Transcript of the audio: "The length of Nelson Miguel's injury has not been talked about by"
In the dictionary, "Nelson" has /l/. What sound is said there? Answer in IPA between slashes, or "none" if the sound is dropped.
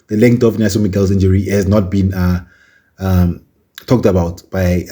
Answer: none